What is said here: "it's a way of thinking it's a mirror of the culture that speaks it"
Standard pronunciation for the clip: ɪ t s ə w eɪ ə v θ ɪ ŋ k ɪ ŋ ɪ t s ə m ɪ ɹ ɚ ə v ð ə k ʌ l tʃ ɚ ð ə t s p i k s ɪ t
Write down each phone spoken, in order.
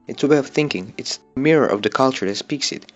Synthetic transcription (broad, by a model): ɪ t s ə w eɪ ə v θ ɪ ŋ k ɪ ŋ ɪ t s ə m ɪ ɹ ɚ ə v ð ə k ʌ l tʃ ɚ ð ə t s p i k s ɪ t